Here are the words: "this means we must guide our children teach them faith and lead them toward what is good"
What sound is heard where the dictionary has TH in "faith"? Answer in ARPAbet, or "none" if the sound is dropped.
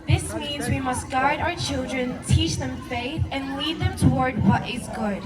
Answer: TH